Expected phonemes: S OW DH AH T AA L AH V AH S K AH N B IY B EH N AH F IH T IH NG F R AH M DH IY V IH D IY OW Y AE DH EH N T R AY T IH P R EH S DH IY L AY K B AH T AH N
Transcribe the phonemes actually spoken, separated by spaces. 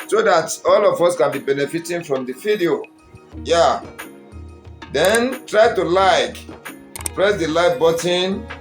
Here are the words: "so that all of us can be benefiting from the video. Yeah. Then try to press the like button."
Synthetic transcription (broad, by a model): S OW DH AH T AA L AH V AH S K AH N B IY B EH N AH F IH T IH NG F R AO M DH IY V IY D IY OW Y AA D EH N T R AY T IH P R EH S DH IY L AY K B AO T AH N